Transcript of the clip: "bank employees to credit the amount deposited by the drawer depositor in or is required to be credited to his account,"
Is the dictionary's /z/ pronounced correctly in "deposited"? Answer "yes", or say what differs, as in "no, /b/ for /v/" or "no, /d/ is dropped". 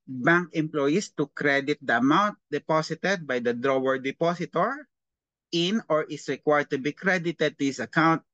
no, /s/ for /z/